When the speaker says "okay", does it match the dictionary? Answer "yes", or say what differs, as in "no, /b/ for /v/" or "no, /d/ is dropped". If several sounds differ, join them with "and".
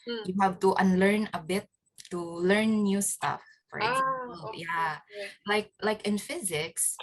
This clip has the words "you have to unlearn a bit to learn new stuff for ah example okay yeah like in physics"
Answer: no, /k/ is dropped